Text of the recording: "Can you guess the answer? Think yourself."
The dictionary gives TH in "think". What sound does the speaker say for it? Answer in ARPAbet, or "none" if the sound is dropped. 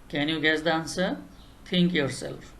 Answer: T